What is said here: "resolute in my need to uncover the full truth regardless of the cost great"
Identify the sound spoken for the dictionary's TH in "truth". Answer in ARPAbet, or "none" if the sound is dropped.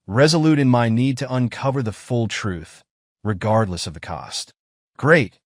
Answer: TH